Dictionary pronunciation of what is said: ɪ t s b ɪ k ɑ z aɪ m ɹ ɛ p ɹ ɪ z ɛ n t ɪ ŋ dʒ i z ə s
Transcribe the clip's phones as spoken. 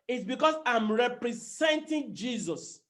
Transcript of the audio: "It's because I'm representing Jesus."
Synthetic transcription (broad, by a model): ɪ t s b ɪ k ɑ s aɪ m ɹ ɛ p ɹ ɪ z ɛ n t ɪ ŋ dʒ i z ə s